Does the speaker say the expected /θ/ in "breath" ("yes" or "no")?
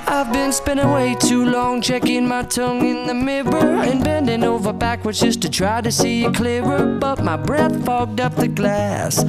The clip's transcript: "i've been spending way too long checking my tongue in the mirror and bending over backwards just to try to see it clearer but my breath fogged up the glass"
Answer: yes